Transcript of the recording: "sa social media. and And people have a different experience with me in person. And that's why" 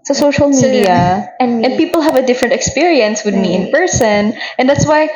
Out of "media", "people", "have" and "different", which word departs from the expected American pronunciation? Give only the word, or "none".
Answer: none